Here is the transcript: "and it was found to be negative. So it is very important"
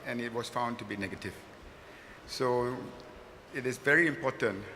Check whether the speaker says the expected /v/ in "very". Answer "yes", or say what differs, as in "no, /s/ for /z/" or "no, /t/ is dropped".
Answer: yes